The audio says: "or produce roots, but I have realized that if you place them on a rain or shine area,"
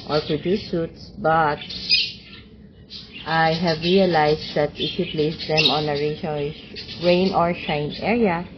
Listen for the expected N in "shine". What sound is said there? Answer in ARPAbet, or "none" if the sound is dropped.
N